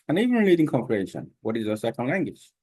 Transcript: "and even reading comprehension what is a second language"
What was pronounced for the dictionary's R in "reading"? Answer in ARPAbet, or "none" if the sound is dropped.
L